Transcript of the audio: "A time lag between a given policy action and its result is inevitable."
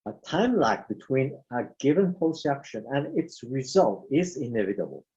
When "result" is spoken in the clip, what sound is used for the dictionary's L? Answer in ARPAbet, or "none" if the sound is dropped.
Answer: L